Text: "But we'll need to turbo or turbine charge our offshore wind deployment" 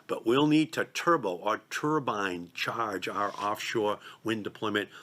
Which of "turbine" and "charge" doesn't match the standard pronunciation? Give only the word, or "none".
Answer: none